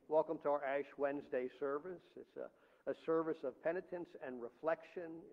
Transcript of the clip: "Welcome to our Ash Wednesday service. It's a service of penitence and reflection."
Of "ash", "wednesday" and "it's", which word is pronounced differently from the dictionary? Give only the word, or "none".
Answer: none